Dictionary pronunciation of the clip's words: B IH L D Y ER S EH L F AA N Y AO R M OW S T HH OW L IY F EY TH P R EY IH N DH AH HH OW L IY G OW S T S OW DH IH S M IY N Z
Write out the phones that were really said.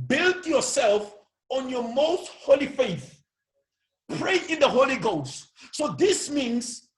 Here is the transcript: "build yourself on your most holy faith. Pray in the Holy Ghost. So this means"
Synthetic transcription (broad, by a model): B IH L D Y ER S EH L F AA N Y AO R M OW S T HH OW L IY F EY TH P R EY IH N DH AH HH OW L IY G OW S T S OW DH IH S M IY N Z